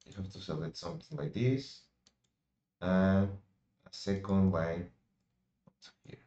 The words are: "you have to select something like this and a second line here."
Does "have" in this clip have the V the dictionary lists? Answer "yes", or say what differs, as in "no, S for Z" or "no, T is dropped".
no, F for V